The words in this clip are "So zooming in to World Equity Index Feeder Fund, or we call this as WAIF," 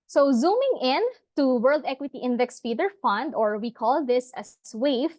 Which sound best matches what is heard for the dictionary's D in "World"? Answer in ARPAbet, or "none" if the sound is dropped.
D